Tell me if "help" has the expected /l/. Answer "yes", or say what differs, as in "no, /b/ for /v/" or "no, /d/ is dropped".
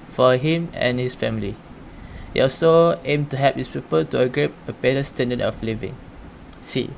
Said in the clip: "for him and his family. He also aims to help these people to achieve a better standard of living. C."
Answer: no, /l/ is dropped